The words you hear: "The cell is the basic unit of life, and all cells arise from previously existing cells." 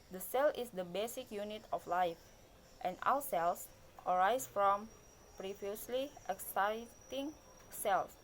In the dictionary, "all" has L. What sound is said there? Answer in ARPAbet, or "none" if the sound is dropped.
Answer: W